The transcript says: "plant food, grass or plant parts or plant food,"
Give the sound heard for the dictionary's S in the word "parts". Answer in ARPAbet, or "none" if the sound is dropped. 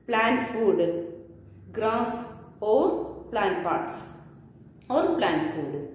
S